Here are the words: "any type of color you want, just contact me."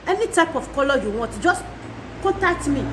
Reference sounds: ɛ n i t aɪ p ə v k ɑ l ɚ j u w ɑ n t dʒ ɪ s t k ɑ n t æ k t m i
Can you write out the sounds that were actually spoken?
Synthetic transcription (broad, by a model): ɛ n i t aɪ p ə f k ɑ l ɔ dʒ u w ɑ t dʒ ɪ s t k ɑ n t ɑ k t m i